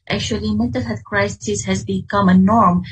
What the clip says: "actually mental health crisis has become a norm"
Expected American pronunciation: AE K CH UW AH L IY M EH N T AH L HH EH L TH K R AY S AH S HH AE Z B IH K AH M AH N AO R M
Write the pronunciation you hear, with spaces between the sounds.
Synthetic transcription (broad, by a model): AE K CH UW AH L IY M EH T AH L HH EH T K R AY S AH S HH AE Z B IH K AH M AH N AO R M